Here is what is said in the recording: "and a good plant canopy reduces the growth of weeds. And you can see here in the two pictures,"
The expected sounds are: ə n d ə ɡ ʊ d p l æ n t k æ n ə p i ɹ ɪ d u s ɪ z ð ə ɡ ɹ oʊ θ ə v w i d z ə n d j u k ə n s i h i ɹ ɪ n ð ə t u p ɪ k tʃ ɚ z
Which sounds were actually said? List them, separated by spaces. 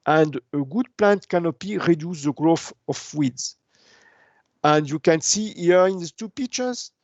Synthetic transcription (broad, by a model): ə n d ə ɡ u d p l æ n t k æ n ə p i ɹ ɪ d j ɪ s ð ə ɡ ɹ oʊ f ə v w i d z ə n d j u k ə n s i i ɹ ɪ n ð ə t u p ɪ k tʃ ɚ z